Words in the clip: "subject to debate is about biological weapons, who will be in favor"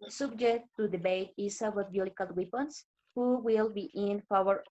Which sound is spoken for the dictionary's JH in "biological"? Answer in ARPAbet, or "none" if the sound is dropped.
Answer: none